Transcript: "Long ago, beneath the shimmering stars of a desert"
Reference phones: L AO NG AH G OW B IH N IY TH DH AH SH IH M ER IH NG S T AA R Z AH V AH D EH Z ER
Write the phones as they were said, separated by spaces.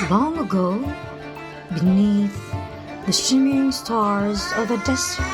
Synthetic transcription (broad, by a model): L AO NG AH G OW B IH N IY TH DH AH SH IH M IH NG S T AA R Z AH V AH D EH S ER